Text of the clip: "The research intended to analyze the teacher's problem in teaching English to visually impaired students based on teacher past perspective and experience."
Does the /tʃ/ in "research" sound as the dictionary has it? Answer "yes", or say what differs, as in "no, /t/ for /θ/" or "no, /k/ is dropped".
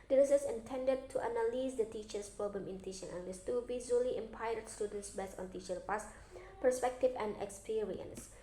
no, /s/ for /tʃ/